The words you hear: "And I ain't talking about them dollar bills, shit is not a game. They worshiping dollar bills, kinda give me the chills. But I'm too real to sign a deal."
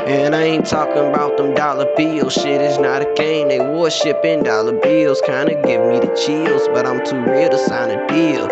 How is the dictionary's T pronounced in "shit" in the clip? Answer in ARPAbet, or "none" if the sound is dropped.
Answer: T